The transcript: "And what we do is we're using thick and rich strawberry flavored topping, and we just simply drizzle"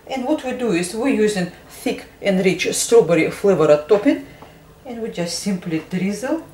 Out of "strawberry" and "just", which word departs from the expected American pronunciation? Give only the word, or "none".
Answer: none